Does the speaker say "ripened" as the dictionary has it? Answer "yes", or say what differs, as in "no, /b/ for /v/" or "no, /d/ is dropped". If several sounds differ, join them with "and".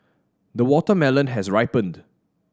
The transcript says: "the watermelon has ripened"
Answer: yes